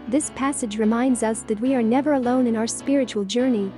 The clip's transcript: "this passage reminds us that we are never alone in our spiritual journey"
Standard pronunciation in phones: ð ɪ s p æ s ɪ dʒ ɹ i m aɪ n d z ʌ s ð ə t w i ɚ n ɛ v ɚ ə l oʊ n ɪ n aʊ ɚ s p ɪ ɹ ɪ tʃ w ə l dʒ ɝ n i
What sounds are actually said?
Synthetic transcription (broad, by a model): ð ɪ s p æ s ɪ dʒ ɹ i m aɪ n d z ʌ s ð ə t w i ɚ n ɛ v ɚ ə l oʊ n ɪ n aʊ ɚ s p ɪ ɹ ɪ tʃ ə l dʒ ɝ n i